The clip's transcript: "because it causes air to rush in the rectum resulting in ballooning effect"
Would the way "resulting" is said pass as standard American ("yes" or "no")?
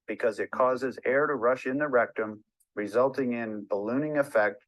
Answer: yes